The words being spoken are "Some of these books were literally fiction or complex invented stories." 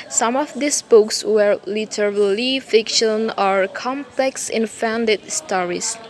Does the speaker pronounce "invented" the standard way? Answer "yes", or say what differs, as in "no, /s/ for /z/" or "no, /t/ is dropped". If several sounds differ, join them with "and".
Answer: no, /f/ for /v/